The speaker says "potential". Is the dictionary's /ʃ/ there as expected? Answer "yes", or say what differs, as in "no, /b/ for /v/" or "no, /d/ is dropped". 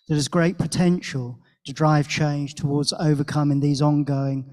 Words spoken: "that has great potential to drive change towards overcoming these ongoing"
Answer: yes